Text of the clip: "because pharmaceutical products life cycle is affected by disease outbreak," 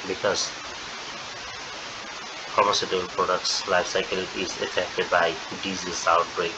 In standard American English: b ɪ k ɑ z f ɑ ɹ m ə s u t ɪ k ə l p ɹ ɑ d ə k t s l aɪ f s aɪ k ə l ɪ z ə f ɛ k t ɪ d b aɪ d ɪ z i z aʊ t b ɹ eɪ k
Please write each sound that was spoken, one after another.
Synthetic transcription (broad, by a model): b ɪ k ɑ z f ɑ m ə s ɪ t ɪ ə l p ɹ ɑ d ə k t s l aɪ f s aɪ k ə l ɪ z ə f ɛ k t ɪ d b aɪ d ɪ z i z aʊ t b ɹ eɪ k